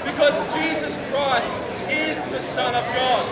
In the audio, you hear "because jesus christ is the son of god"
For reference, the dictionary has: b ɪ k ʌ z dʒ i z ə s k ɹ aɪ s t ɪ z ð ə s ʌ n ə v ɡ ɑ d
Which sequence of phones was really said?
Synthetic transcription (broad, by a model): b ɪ k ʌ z dʒ i z ə s k ɹ aɪ s t ɪ z ð ə s ʌ n ə v ɡ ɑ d